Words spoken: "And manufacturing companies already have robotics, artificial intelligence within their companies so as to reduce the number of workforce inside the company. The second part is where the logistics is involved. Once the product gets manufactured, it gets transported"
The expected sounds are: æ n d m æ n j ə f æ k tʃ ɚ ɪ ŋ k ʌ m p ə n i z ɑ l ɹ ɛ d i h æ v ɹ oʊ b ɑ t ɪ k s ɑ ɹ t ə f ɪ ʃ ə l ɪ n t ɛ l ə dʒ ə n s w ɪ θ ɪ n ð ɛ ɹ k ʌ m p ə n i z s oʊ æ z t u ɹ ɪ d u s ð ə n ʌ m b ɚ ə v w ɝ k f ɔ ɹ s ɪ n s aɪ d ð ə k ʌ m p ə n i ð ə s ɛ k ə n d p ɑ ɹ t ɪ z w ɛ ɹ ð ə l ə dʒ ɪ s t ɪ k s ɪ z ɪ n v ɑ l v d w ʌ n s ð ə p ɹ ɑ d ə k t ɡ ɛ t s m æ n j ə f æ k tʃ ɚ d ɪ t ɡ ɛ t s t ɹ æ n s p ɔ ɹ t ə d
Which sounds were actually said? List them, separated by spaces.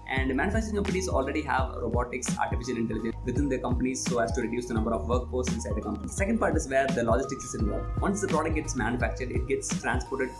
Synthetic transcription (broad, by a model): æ n d m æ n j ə f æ k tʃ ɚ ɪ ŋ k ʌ m p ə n i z ɑ l ɹ ɛ d i h æ v ɹ oʊ b ɑ t ɪ k s ɑ ɹ t ə f ɪ ʃ ə l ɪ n t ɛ l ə dʒ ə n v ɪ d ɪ n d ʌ k ʌ m p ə n i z s oʊ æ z t u ɹ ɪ d u s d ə n ʌ m b ɚ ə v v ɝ k p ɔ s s ɪ n s aɪ d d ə k ʌ m p ə n i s s ɛ k ə n d p ɑ ɹ t ɪ z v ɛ ɹ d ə l ə dʒ ɪ s t ɪ k s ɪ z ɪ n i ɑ v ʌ n s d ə p ɹ ɑ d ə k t ɡ ɛ t s m æ n j ə f æ k tʃ ɚ d ɪ t ɡ ɛ t s t ɹ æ n s p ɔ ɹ t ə d